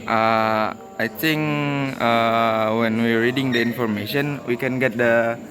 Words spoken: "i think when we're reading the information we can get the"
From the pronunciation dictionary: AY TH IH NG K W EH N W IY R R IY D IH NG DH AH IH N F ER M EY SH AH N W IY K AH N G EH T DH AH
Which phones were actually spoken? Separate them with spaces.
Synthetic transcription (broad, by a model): AY T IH NG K W EH N W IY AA R IY D IH NG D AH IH N F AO M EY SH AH N W IY K AH N G EH T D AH